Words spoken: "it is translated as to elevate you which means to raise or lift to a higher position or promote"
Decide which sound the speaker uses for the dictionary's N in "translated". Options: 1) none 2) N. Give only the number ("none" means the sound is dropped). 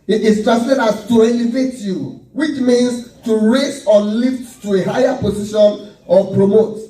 1